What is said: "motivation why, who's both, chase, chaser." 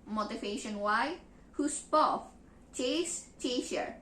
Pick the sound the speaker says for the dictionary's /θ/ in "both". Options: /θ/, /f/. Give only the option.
/f/